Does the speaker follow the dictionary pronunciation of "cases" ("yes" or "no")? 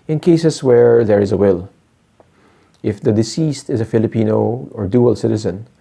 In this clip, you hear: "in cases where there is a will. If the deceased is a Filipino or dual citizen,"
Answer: no